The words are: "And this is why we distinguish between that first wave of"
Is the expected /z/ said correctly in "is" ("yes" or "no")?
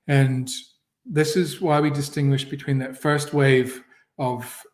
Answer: yes